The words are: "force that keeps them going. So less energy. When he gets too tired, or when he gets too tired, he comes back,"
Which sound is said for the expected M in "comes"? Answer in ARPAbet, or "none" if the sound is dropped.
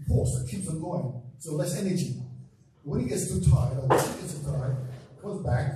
none